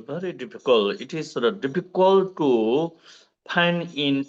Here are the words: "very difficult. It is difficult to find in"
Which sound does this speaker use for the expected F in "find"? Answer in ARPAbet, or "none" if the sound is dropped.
P